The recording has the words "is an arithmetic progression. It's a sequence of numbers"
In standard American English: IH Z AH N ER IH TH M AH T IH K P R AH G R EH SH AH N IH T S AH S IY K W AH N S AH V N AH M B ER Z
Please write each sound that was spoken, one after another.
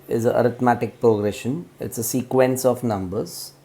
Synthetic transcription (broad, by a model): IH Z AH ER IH T M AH T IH K P R AH G R EH SH AH N IH T S AH S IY K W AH N S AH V N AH M B ER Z